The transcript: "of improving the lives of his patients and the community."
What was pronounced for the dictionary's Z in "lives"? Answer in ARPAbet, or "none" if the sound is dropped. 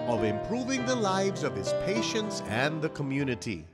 Z